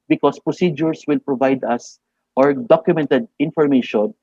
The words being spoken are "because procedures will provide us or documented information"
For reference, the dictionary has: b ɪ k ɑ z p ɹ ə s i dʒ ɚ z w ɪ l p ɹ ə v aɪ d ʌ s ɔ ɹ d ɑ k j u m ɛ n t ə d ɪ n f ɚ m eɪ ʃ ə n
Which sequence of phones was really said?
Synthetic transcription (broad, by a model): b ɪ k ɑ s p ɹ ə s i dʒ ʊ s w ɪ l p ɹ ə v aɪ d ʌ s ɔ ɹ d ɑ k j u m ɛ n t ə d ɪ n f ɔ m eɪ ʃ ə n